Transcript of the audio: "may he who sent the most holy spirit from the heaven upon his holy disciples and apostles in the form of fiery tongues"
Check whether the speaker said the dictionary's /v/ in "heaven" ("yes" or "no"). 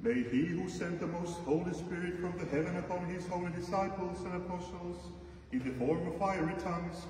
yes